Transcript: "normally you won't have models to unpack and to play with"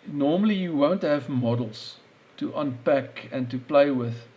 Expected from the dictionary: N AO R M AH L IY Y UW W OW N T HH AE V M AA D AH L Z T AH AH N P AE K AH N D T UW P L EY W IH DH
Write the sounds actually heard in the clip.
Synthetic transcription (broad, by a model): N AO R M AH L IY Y UW W OW N T HH AE V M AA D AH L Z T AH AH N P AE K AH N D T UW P L EY W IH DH